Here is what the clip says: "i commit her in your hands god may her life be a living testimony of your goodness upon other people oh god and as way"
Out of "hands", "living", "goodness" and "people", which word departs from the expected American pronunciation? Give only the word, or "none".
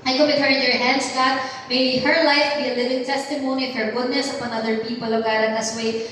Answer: hands